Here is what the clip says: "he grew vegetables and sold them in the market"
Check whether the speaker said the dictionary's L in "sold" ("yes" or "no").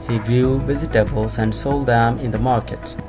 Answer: yes